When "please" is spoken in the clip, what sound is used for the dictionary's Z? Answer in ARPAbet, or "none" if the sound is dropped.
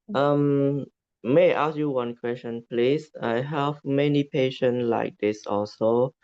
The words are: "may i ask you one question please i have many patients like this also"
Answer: S